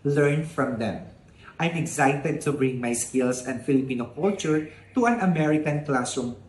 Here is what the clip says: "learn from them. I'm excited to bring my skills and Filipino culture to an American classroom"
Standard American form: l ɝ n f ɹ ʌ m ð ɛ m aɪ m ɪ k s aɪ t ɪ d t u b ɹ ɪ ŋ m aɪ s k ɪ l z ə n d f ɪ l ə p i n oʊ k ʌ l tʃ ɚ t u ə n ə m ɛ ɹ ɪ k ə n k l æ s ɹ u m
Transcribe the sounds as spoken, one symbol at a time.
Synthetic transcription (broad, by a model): l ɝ n f ɹ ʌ m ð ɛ m aɪ m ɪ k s aɪ t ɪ d t u b ɹ ɪ ŋ m aɪ s k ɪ l s ə n d f ɪ l ə p i n oʊ k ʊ l tʃ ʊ t u ə n ə m ɛ ɹ ɪ k ə n k l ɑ s ɹ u m